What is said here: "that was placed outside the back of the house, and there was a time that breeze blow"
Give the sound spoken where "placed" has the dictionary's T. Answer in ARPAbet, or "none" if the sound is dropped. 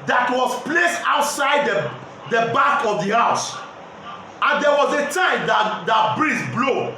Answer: T